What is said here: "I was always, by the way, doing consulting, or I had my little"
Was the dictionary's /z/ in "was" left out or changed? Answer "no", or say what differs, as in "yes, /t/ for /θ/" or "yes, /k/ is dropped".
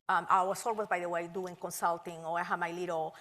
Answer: yes, /s/ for /z/